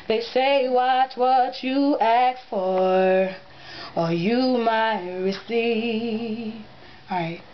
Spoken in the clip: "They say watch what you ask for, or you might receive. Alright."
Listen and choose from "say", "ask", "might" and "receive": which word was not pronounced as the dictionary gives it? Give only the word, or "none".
ask